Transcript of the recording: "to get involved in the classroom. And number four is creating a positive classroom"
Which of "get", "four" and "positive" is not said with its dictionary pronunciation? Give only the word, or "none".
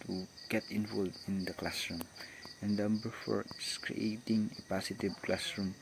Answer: positive